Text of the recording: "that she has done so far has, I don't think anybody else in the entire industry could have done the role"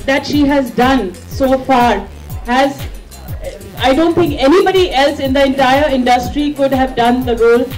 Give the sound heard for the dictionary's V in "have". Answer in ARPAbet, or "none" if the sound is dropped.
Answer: V